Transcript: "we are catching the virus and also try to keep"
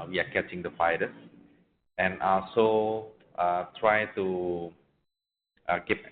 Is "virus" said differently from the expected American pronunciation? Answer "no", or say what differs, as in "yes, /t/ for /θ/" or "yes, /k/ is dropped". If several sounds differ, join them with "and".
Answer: yes, /f/ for /v/